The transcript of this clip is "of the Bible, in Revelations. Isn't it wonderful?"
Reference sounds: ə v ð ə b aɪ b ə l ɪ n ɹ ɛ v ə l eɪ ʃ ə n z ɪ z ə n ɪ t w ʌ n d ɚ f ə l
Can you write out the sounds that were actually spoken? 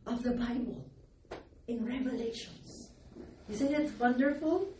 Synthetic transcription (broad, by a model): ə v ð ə b aɪ b ə l ɪ n ɹ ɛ v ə l eɪ ʃ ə n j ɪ s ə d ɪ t w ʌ n d ɚ f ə l